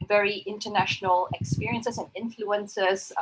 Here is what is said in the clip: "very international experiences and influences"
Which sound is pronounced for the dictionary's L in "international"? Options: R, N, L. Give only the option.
L